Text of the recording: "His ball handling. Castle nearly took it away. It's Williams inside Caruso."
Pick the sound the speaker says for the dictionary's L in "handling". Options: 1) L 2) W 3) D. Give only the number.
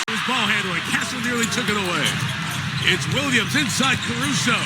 2